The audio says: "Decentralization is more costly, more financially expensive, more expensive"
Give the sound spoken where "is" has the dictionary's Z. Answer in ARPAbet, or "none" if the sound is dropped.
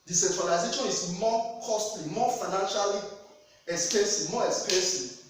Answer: S